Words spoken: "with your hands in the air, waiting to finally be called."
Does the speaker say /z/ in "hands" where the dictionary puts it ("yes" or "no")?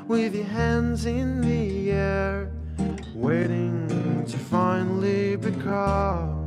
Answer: yes